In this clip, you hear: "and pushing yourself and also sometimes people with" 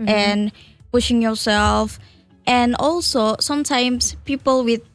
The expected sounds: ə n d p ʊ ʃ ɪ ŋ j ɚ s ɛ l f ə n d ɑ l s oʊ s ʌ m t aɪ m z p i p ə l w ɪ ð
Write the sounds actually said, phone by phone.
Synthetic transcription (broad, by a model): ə n p ʊ ʃ ɪ ŋ j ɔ s ɛ l f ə n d ɑ l s oʊ s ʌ m t aɪ m s p i p ə l w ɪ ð